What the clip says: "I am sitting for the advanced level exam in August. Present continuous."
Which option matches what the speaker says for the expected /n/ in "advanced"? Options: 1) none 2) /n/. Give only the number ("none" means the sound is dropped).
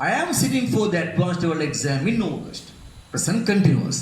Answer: 1